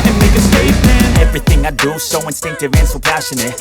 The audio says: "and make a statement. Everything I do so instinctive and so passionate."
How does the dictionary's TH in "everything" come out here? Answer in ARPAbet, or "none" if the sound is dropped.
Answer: TH